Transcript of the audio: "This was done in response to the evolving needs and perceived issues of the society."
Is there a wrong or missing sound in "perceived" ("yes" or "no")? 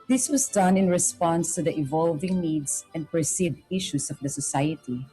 yes